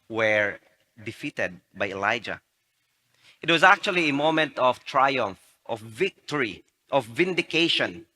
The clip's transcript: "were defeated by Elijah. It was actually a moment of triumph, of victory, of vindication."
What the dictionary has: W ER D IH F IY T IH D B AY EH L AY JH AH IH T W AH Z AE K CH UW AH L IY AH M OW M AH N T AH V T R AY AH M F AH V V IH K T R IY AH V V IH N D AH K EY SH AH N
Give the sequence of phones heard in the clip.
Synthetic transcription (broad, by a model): W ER D IH F IY T IH D B AY EH L AY JH AH IH T W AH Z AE K CH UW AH L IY AH M OW M AH N T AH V T R AY AH M F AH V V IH K T R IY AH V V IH N D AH K EY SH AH N